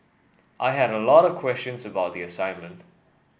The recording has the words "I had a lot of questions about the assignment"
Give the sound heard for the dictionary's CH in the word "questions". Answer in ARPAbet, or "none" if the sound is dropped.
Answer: CH